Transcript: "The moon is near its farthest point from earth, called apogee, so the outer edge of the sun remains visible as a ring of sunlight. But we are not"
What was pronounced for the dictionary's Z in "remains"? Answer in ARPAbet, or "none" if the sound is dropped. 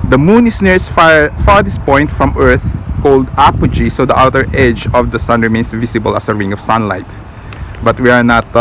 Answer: S